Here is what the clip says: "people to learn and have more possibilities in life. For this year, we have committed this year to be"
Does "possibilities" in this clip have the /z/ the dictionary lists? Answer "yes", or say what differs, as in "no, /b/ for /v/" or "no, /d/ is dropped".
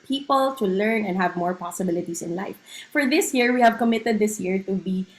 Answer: no, /s/ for /z/